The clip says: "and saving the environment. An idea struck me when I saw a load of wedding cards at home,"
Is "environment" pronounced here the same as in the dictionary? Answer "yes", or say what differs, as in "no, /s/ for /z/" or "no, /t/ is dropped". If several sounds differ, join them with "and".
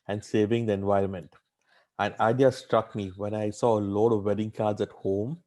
yes